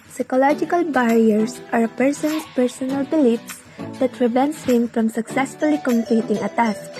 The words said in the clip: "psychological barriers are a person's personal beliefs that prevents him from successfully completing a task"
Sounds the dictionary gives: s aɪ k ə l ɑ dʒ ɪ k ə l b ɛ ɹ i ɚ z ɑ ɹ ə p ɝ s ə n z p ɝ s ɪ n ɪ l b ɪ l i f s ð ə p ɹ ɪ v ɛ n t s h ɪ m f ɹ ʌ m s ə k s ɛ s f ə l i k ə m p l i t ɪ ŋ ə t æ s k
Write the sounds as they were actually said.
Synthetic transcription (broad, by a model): s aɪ k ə l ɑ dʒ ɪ k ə l b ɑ ɹ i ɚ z ɑ ɹ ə p ɝ s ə n s p ɝ s ɪ n ɪ l b ɪ l i f s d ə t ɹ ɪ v ɛ n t s h ɪ m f ɹ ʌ m s ə k s ɛ s f ə l i k ə m p l i t ɪ ŋ ə t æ s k